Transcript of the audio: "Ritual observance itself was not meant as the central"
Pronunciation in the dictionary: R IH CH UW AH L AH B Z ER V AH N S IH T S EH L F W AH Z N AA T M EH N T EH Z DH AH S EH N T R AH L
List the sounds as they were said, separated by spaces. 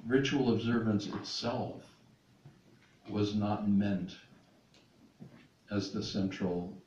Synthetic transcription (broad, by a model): R IH CH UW L AH B Z ER V AH N S IH T S EH L F W AH Z N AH T M EH N T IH Z DH AH S EH N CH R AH L